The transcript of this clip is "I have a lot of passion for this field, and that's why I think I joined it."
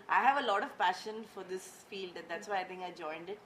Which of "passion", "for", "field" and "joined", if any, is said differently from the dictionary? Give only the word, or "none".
none